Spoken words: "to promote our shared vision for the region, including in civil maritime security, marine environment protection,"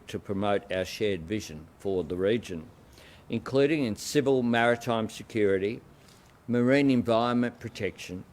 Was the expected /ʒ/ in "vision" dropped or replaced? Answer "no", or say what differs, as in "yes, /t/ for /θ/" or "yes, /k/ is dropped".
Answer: no